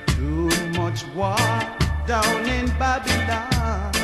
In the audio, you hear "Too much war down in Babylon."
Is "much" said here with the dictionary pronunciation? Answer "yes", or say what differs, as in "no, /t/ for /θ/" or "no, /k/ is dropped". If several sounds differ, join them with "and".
yes